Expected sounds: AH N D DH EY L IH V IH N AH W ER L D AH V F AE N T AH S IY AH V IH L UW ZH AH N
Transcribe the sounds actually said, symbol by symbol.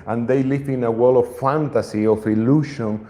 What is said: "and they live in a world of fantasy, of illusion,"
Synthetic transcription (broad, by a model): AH N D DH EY L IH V IH N AH W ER L AH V F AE N T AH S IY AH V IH L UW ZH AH N